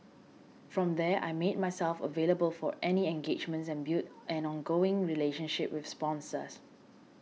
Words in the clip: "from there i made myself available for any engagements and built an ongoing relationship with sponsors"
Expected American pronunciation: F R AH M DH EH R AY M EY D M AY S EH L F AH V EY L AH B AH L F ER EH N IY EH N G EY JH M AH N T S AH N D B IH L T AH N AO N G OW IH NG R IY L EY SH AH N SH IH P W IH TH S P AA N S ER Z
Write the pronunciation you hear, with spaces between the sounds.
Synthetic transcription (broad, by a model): F R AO M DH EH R AY M EY D M AY S EH L F AH V EY L AH B AH L F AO EH N IY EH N G EY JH M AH N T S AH N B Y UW T AH N AO N G OW IH NG R IY L EY SH AH N SH IH P W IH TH S P AA N S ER S